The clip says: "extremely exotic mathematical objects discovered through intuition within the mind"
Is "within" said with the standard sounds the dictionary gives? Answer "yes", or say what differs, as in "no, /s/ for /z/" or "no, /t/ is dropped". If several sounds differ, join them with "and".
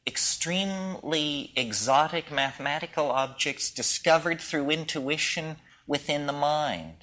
yes